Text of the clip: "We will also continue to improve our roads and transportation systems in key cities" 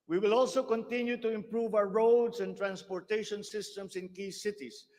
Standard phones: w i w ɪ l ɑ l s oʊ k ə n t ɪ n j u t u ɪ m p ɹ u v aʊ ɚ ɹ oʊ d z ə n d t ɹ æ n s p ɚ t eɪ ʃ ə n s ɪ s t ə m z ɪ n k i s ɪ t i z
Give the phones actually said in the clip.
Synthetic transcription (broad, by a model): w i w ɪ l ɑ l s oʊ k ə n t ɪ n j u t u ɪ m p ɹ u v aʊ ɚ ɹ oʊ d s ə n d t ɹ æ n s p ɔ t eɪ ʃ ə n s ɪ s t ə m s ɪ n k i s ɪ t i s